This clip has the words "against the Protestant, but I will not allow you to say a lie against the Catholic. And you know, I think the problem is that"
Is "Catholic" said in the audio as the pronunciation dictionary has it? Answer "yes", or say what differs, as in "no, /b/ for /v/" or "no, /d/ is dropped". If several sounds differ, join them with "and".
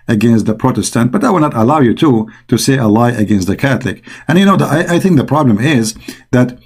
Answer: yes